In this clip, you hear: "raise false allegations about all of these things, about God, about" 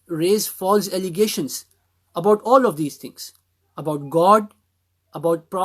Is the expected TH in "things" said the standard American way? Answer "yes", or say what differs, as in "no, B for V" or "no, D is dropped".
no, T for TH